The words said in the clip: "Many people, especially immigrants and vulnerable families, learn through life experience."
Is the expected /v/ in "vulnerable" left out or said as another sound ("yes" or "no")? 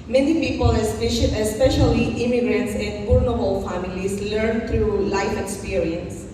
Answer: yes